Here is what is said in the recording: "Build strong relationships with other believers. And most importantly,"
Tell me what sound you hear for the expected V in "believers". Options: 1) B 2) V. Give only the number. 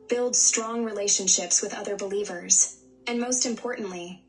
2